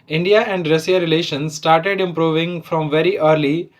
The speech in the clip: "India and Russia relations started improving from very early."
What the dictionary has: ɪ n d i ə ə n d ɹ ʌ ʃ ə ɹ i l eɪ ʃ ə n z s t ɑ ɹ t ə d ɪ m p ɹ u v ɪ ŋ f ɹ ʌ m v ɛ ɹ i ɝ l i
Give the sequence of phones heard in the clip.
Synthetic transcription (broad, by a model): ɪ n d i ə ə n d ɹ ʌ s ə ɹ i l eɪ ʃ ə n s s t ɑ ɹ t ə d ɪ m p ɹ u v ɪ ŋ f ɹ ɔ m v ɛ ɹ i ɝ l i